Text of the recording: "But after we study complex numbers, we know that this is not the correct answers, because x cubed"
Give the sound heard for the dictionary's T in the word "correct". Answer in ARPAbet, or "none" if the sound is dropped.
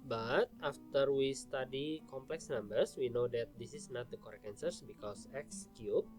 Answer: none